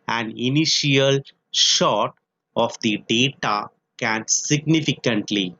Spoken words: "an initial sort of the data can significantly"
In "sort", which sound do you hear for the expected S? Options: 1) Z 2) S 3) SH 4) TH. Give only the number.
3